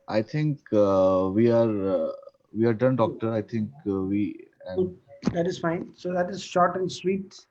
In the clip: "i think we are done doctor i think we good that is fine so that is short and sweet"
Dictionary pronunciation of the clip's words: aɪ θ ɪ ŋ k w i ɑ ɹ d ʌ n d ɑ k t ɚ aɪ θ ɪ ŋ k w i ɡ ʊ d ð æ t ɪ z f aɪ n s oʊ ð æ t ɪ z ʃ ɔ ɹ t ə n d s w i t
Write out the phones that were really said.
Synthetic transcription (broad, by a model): aɪ t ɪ ŋ k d i ɑ ɹ d ʌ n d ɑ k t ɚ aɪ t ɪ ŋ k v i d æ t ɪ z f aɪ n s oʊ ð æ t ɪ z ʃ ɔ ɹ t ə n d s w i t